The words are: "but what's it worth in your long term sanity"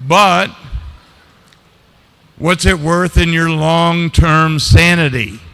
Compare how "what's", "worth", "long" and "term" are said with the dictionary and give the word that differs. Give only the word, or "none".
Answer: none